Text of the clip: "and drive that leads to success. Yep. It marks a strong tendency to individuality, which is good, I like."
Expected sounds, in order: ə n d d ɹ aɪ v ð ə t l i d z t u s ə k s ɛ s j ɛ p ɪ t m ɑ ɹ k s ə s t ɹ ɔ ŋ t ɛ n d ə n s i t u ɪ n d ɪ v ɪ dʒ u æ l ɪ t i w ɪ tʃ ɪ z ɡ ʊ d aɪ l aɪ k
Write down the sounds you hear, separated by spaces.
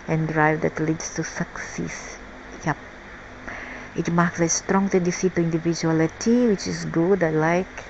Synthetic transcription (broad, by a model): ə n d d ɹ aɪ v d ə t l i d s t u s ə k s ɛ s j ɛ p ɪ t m ɑ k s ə s t ɹ ɔ ŋ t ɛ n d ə s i t u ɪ n d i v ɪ dʒ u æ l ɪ t i w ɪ tʃ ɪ s ɡ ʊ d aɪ l aɪ k